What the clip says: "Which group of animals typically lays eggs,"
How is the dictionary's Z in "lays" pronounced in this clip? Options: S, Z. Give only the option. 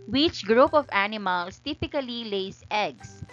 S